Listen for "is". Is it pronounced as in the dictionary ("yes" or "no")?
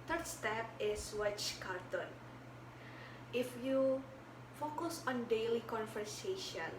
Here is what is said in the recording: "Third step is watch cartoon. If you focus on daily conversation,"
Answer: no